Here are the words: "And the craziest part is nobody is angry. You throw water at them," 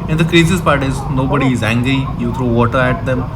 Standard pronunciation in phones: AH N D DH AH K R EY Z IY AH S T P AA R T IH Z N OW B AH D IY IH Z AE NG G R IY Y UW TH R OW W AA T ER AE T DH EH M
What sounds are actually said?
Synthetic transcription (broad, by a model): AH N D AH K R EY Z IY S P AA R T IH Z N OW B AH D IY IH Z AE NG G R IY Y UW T R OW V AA T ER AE T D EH M